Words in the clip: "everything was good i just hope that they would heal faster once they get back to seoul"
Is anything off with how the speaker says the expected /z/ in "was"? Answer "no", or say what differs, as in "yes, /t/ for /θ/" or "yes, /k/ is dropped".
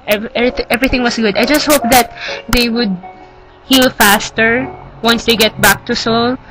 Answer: yes, /s/ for /z/